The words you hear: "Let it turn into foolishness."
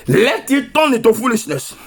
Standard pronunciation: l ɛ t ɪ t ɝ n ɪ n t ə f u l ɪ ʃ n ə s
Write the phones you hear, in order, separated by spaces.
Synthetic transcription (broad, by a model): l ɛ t ɪ t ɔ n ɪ t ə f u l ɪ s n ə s